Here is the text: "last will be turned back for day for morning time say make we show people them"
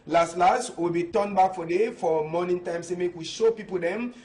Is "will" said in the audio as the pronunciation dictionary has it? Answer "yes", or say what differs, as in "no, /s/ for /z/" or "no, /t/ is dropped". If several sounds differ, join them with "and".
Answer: no, /w/ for /l/